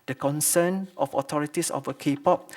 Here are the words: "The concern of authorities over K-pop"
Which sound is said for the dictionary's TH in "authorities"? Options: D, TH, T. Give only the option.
T